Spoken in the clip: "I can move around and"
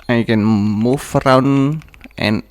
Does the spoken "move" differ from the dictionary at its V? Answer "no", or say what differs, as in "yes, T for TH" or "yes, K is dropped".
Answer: yes, F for V